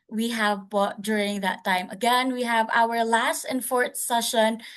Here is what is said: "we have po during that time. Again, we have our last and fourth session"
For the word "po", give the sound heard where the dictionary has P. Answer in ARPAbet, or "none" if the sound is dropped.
B